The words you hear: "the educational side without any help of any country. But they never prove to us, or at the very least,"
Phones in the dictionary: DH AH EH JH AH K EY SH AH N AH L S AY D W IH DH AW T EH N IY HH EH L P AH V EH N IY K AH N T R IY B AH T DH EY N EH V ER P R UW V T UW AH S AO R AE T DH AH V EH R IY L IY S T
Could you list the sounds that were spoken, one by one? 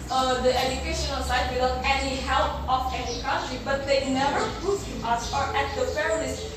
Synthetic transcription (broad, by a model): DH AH EH JH AH K EY SH AH N AH L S AY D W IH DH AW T EH N IY HH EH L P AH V EH N IY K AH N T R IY B AH T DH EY N EH V ER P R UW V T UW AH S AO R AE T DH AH P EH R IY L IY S